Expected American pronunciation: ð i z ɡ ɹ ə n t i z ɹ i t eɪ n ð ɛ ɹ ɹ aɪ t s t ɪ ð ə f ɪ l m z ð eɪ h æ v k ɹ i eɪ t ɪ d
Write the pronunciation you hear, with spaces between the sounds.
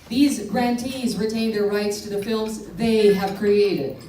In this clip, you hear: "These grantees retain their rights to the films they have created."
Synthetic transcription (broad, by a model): ð i z ɡ ɹ ə n t i z ɹ i t eɪ n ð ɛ ɹ ɹ aɪ t s t ɪ ð ə f ɪ l m z ð eɪ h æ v k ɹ i eɪ t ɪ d